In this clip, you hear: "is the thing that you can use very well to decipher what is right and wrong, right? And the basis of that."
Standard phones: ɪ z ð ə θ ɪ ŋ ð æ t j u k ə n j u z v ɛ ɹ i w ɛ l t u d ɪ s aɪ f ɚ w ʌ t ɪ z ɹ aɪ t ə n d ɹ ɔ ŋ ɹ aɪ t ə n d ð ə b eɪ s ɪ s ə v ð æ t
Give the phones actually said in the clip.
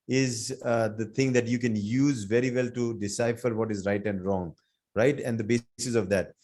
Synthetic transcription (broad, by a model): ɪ z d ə t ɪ ŋ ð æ t j u k ə n j u z v ɛ ɹ i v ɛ l t u d ɪ s aɪ f ɚ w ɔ t ɪ z ɹ aɪ t ə n d ɹ ɔ ŋ ɹ aɪ t ə n d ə b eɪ s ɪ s ə v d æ t